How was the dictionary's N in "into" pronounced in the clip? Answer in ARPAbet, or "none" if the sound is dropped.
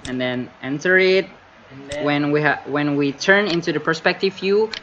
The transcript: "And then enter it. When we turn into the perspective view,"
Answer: N